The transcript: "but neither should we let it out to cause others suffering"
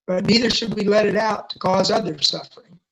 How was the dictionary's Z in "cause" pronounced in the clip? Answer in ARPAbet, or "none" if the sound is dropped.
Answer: Z